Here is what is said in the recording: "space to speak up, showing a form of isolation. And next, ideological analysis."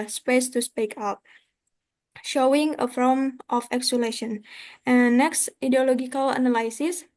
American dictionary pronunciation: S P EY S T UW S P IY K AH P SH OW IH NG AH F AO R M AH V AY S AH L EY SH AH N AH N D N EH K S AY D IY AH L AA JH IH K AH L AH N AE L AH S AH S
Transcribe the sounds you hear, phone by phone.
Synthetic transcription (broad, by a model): S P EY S T UW S P IY K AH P SH OW IH NG AH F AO L M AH F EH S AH L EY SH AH N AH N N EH K S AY D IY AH L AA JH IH K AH L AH N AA L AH S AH S